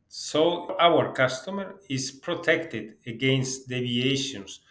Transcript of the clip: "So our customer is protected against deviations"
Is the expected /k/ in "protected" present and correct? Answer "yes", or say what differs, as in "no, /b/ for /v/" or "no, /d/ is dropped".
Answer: yes